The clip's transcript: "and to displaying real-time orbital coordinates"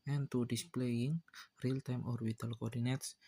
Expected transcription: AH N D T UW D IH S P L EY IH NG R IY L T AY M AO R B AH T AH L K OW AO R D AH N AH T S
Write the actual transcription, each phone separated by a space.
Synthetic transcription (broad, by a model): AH N T UW D IH S P L EY IH NG R IY L T AY M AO R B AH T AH L K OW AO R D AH N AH T S